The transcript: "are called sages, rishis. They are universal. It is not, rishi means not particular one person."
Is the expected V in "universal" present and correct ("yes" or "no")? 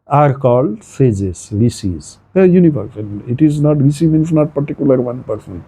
no